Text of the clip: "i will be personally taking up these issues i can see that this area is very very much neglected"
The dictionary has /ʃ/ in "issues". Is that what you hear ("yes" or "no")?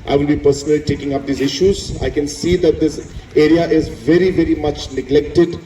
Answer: yes